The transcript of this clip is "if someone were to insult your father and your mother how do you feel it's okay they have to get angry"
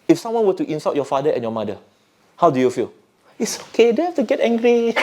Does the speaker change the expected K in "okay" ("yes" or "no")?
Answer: no